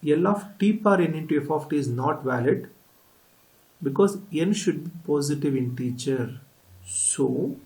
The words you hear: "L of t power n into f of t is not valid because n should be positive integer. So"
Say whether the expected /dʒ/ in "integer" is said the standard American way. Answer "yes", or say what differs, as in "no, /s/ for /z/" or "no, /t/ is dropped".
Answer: no, /tʃ/ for /dʒ/